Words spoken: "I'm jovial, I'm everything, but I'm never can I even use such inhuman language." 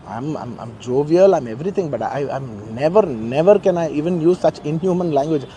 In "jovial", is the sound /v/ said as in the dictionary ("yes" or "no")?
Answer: yes